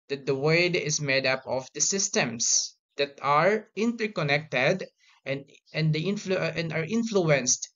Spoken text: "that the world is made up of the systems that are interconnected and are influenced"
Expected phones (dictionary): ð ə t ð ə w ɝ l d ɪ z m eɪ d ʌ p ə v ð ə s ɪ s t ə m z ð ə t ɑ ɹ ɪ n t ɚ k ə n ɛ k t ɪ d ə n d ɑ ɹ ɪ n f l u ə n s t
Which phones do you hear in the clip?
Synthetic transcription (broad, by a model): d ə t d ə w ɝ d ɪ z m eɪ d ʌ p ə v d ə s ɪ s t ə m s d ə t ɑ ɹ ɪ n t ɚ k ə n ɛ k t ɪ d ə n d ɑ ɹ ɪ n f l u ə n s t